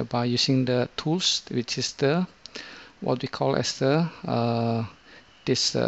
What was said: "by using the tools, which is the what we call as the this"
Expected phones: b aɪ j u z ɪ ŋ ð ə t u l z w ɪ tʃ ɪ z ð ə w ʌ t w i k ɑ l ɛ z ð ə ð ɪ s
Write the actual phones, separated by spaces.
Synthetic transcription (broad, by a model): b aɪ j u s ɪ ŋ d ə t u l s w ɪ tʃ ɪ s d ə w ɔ t w i k ɑ l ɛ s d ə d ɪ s